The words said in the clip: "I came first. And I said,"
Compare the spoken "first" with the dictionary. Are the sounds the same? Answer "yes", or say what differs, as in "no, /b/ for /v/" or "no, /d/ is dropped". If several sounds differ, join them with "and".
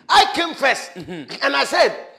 no, /t/ is dropped